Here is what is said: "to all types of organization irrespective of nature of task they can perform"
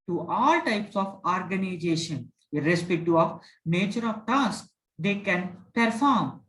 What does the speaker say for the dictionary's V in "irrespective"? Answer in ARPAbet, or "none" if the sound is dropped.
none